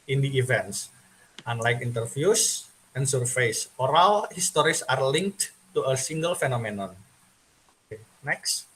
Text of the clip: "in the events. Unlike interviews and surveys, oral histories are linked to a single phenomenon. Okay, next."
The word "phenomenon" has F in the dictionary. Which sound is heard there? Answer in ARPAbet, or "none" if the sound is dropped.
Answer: F